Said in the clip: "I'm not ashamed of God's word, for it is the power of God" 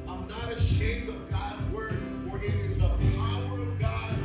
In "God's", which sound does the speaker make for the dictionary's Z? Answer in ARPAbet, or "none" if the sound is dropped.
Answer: Z